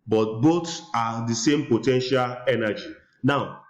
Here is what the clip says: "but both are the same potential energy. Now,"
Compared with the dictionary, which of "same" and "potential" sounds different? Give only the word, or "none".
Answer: none